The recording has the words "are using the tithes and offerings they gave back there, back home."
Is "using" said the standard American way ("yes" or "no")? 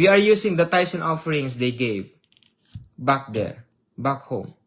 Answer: no